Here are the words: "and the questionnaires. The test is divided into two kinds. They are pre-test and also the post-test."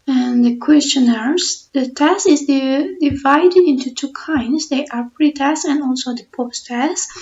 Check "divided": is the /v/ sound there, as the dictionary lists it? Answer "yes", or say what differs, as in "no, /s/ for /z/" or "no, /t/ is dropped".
yes